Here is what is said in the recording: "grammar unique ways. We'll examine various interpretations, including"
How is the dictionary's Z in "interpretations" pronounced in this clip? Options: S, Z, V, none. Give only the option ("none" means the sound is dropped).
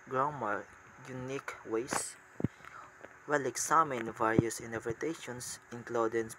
S